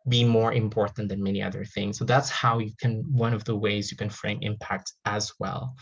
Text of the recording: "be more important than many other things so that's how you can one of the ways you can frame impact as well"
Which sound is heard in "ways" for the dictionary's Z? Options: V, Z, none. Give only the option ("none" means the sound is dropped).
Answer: Z